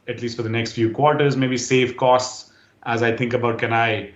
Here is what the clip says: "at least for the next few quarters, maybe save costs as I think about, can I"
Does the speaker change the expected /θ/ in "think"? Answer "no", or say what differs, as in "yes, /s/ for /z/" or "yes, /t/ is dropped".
yes, /t/ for /θ/